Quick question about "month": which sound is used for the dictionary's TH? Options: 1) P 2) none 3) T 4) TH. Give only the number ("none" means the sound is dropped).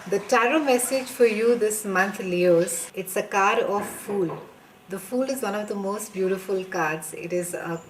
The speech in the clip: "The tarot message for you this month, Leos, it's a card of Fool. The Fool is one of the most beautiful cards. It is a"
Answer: 3